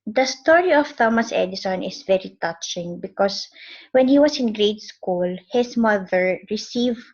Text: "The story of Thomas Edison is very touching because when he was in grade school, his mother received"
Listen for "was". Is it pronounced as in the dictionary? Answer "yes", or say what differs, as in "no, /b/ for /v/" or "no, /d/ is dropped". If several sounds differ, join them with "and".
no, /s/ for /z/